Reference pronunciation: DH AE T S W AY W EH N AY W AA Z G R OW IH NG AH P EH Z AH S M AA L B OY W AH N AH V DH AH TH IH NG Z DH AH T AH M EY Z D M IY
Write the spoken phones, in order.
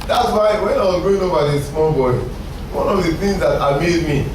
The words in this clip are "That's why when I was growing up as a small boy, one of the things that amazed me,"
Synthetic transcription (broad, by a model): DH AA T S W AY W EH N AY W AA Z G OW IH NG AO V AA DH AH S M AA L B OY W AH N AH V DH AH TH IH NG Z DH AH T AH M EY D M IY